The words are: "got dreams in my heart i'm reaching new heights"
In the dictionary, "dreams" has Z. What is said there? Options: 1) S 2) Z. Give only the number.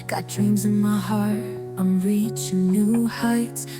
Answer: 2